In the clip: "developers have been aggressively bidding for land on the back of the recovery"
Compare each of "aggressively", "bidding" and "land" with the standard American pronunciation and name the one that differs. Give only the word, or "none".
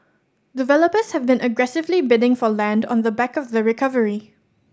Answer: none